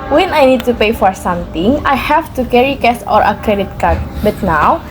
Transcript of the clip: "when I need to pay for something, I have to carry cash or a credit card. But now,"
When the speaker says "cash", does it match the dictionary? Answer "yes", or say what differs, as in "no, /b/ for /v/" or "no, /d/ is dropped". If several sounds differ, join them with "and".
no, /s/ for /ʃ/